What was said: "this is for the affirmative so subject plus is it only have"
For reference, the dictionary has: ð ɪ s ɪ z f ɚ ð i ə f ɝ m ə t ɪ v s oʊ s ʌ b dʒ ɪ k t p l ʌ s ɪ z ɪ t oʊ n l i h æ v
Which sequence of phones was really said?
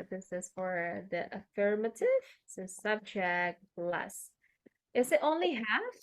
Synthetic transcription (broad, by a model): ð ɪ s ɪ z f ɚ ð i ə f ɝ m ə t ɪ v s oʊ s ʌ b dʒ ɪ k t b l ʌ s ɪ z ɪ t oʊ n l i h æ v